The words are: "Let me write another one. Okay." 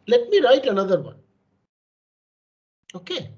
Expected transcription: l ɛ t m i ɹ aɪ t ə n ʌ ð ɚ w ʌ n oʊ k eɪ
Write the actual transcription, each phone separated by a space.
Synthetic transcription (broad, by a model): l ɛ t m i ɹ aɪ t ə n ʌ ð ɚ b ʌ oʊ k eɪ